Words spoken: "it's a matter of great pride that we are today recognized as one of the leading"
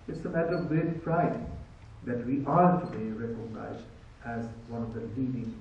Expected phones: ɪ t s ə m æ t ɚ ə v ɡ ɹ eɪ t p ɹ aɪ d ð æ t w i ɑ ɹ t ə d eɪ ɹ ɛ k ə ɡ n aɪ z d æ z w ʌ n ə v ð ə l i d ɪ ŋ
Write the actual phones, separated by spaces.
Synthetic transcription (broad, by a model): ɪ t s ə m æ t ɚ ə v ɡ eɪ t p ɹ aɪ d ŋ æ t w i ɑ ɹ t ə d eɪ ɹ ɛ k ə ɡ n aɪ z d æ z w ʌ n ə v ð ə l i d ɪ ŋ